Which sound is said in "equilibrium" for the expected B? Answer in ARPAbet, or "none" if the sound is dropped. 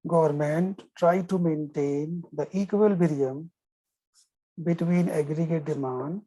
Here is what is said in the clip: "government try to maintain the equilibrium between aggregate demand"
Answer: none